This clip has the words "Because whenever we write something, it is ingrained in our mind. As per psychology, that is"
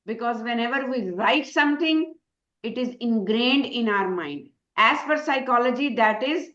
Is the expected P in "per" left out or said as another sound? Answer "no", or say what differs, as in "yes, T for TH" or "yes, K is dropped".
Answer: yes, F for P